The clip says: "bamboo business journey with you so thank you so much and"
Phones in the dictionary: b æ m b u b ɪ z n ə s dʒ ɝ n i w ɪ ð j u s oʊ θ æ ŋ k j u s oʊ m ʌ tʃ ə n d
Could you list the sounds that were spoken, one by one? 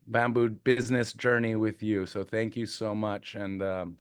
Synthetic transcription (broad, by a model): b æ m b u b ɪ z n ə s dʒ ɝ n i w ɪ ð j u s oʊ θ æ ŋ k j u s oʊ m ʌ tʃ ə n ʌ